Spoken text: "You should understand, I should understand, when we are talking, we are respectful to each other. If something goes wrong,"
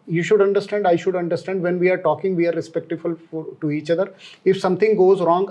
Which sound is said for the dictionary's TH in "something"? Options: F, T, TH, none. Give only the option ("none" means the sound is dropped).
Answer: T